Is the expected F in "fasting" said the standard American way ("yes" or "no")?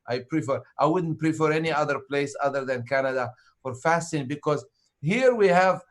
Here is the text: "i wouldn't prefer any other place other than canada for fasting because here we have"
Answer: yes